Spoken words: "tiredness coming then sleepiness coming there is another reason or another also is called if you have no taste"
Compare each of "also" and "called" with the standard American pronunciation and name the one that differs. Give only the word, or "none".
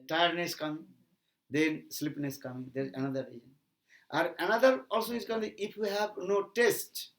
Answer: called